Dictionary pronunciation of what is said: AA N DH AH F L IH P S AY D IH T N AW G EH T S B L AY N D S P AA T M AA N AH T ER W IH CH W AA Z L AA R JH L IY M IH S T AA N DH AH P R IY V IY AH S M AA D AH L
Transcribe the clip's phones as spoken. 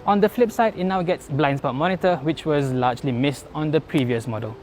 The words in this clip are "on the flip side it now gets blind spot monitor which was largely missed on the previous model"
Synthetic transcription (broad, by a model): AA N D AH F L IH P S AY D IH T N AW G EH T S B L AY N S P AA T M AA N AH T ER W IH CH W AA Z L AA JH L IY M IH S T AA N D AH P R IY V IY AH S M AA D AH L